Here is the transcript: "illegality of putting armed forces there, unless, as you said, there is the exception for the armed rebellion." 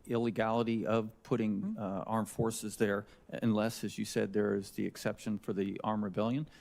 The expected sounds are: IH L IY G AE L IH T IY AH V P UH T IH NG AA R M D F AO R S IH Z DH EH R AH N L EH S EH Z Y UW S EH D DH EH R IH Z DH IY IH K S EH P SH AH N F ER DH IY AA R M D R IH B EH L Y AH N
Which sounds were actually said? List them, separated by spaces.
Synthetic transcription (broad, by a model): IH L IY G AE L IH T IY AH V P UH T IH NG AA R M F AO R S IH Z DH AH R AH N L EH S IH Z Y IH S EH D DH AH R IH Z DH IY IH K S EH P SH AH N F ER DH IY AA R M R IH B EH L Y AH N